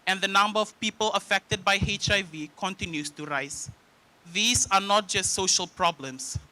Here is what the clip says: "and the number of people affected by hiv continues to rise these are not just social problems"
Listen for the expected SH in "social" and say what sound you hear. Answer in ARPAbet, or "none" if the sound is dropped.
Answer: SH